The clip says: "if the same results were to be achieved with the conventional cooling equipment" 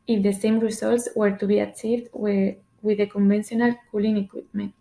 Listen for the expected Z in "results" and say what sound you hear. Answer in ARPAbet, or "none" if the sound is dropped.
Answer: S